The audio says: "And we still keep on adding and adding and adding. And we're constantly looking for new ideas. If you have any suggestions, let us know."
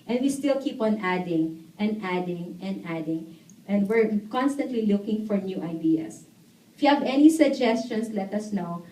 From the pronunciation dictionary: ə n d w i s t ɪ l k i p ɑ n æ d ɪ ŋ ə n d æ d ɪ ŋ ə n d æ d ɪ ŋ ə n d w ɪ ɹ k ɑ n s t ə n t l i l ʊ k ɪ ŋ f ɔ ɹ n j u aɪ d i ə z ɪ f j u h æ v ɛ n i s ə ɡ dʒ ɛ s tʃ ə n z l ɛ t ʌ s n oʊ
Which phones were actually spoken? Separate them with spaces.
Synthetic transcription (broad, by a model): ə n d w i s t ɪ l k i p ɑ n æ d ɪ ŋ ə n d æ d ɪ ŋ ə n d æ d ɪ ŋ ə n d w ɪ ɹ k ɑ n s t ə n t l i l ʊ k ɪ ŋ f ɔ ɹ n j u aɪ d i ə s ɪ f j u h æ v ɛ n i s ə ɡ dʒ ɛ s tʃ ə n s l ɛ t ʌ s n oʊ